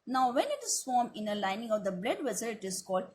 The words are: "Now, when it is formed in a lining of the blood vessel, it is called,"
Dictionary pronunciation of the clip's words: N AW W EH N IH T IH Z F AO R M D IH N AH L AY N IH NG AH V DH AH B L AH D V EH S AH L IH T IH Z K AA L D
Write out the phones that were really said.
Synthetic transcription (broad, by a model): N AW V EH N IH T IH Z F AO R M IH N AH L AY N IH NG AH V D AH B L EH D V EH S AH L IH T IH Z K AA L D